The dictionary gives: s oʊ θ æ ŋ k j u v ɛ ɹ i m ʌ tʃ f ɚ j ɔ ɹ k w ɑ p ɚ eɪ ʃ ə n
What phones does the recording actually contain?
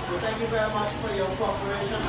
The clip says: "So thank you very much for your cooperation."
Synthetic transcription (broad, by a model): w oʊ t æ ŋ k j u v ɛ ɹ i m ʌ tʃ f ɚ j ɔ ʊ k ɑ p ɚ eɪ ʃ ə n